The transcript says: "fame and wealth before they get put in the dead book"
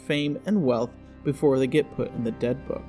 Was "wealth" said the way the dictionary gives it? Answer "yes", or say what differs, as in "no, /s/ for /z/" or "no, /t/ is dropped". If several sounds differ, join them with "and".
yes